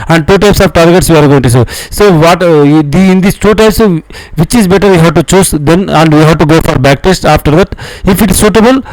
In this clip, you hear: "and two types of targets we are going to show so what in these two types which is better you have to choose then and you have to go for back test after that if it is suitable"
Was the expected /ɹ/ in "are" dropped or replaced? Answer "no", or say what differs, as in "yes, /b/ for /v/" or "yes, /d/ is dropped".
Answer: no